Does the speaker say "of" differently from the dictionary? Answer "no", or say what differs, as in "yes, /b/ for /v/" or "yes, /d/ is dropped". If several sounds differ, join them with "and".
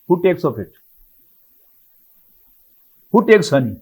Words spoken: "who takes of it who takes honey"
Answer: yes, /p/ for /v/